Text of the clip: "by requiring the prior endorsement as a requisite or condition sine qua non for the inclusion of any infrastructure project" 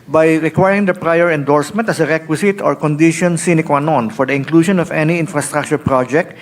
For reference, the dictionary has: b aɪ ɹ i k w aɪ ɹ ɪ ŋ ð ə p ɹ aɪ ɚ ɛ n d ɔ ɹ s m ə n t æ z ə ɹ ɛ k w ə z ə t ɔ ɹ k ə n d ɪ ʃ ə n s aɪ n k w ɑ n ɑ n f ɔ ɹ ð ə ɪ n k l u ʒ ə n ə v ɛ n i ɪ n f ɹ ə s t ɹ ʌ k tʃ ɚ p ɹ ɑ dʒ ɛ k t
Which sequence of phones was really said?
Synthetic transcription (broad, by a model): b aɪ ɹ i k w aɪ ɹ ɪ ŋ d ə p ɹ aɪ ɚ ɛ n d ɔ ɹ s m ə n t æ s ə ɹ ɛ k w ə s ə t ɔ ɹ k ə n d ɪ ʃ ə n s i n k w ɑ n ɑ n f ɔ ɹ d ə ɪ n k l u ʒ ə n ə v ɛ n i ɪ n f ɹ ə s t ɹ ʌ k tʃ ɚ p ɹ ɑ dʒ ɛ k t